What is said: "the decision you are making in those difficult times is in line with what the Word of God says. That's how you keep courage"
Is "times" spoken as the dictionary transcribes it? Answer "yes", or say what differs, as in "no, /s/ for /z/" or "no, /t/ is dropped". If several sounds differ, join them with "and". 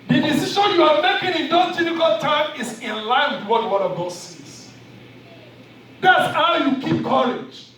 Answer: no, /z/ is dropped